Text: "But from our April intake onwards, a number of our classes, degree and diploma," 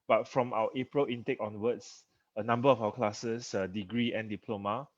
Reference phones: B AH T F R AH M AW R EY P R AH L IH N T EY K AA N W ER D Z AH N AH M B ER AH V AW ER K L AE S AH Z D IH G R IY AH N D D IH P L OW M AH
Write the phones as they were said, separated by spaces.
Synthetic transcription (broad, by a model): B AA T F R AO M AW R EY P R AH L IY N T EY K AA N W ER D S AH N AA M B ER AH F AW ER K L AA S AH S D IH G R IY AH N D D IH P L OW M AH